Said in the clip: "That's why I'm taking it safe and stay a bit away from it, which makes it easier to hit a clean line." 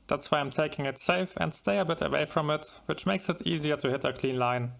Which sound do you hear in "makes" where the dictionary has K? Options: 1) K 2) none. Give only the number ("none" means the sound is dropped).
1